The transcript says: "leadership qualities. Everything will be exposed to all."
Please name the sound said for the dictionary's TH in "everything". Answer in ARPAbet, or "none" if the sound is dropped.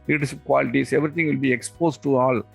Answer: T